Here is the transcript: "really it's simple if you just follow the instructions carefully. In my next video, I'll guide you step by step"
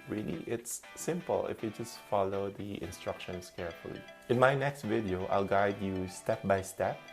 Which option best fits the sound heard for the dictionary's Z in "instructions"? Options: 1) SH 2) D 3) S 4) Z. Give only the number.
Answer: 3